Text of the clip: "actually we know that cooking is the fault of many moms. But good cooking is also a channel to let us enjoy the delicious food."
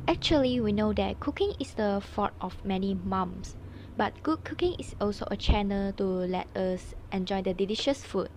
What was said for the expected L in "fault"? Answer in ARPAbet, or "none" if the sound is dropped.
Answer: none